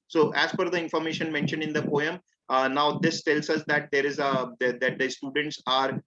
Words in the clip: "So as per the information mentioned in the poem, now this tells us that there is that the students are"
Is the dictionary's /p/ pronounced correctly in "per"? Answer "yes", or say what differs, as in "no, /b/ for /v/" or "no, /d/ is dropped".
no, /f/ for /p/